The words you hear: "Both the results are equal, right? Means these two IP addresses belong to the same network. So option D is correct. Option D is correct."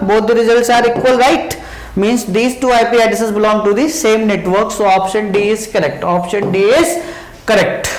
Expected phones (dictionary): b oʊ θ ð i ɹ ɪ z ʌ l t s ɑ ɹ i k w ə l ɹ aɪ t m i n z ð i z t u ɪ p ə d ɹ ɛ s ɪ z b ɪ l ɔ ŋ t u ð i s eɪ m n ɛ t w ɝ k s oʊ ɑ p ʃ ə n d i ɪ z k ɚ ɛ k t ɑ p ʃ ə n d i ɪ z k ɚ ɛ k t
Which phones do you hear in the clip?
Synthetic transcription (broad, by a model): b oʊ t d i ɹ ɪ z ʌ l t s ɑ ɹ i k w ə l ɹ aɪ t m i n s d i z t u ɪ p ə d ɪ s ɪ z b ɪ l ɔ ŋ t u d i s eɪ m n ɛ t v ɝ k s oʊ ɑ p ʃ ə n d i ɪ z k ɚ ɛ k t ɑ p ʃ ə n d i ɪ z k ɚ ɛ k t